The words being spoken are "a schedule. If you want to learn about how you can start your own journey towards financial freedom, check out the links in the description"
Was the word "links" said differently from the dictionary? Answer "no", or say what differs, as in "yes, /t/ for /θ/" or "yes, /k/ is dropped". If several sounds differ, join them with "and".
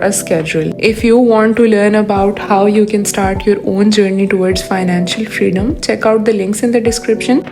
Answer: no